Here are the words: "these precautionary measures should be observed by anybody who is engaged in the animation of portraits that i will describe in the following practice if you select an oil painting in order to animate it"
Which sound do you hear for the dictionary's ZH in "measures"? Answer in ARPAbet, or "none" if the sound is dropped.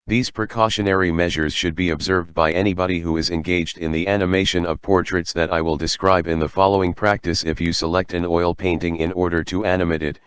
ZH